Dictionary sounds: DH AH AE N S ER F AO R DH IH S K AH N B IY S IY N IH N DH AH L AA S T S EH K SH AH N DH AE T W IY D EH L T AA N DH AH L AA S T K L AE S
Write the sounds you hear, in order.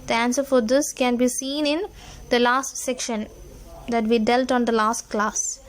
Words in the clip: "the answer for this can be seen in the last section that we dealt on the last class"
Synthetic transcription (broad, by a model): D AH AE N S ER F AO R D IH S K AH N B IY S IY N IH N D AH L AA S T S EH K SH AH N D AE T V IY D EH L T AA N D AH L AA S T K L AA S